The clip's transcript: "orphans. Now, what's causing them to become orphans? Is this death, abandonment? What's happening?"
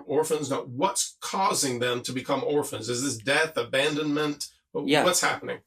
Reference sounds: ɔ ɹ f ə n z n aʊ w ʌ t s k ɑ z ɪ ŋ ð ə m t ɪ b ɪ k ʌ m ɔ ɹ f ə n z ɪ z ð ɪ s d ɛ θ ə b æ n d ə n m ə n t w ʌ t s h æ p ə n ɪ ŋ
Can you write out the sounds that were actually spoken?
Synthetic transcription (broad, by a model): ɔ ɹ f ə n z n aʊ w ʌ t s k ɑ z ɪ ŋ ð ə m t ɪ b ɪ k ʌ m ɔ ɹ f ə n z ɪ z ð ɪ s d ɛ θ ə b æ n d ə n m ə n t w ʌ t s h æ p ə n ɪ ŋ